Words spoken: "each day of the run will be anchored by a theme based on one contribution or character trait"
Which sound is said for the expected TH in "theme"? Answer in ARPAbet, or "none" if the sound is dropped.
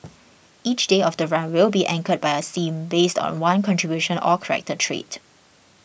S